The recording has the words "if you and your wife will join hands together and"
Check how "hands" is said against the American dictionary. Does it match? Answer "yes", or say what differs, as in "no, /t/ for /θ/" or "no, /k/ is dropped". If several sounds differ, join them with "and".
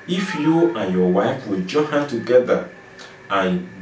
no, /z/ is dropped